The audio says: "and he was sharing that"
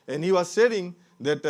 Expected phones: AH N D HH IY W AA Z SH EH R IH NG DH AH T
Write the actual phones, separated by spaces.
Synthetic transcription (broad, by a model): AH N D HH IY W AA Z S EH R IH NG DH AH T